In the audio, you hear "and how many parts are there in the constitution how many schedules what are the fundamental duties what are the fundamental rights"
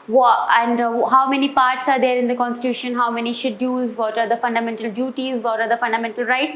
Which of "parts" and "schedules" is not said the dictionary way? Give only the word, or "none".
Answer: schedules